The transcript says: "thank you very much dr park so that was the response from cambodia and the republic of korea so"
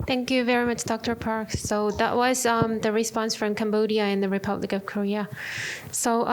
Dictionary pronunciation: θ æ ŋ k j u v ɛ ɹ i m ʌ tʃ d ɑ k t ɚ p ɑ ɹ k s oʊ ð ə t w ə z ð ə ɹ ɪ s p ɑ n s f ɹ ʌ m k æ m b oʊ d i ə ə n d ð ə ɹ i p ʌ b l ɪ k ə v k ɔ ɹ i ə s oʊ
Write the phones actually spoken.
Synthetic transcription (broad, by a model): θ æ ŋ k j u v ɛ ɹ i m ʌ tʃ d ɑ k t ɚ p ɑ ɹ k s oʊ ð ə t w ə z ð ə ɹ ɪ s p ɑ n s f ɹ ʌ m k æ m b oʊ d i ə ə n ð ə ɹ i p ʌ b l ɪ k ə v k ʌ ɹ i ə s oʊ